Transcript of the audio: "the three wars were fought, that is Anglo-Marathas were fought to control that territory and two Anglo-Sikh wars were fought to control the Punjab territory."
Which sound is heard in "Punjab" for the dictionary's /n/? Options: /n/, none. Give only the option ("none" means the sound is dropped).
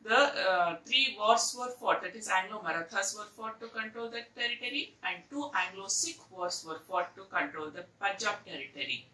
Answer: none